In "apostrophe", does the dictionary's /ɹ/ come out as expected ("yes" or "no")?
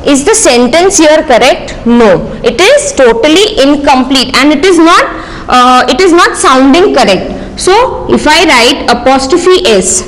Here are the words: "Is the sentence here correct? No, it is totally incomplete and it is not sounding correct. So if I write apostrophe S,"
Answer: no